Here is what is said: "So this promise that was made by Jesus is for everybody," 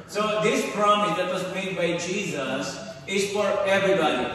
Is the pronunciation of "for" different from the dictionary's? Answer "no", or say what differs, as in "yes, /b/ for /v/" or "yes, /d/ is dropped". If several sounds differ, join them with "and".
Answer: no